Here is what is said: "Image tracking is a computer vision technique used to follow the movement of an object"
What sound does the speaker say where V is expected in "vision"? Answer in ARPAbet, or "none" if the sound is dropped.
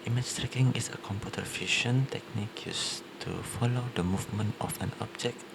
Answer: F